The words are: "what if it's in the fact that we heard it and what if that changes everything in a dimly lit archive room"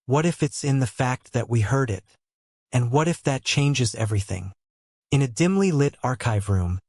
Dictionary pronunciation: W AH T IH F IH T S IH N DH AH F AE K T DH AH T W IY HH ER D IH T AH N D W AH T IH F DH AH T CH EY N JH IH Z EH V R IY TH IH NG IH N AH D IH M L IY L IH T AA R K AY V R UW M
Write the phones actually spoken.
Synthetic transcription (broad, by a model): W AH T IH F IH T S IH N DH AH F AE K T DH AH T W IY HH ER D IH T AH N W AH T IH F DH AH T CH EY N JH IH Z EH V R IY TH IH NG IH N AH D IH M L IY L IH T AA R K AY V R UW M